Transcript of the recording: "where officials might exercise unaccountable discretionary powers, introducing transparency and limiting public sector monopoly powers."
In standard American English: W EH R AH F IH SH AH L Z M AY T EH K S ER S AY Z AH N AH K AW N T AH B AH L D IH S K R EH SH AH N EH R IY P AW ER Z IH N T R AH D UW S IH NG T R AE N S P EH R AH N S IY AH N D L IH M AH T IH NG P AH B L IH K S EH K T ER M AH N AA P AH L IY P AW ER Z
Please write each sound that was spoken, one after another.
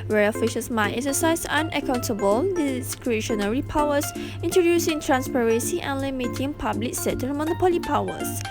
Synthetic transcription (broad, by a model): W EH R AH F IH SH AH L S M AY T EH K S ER S AY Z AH N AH K AW N T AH B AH L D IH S K R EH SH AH N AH R IY P AW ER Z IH N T R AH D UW S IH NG T R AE N S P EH R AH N S IY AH N L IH M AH T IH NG P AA B L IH K S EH T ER M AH N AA P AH L IY P AW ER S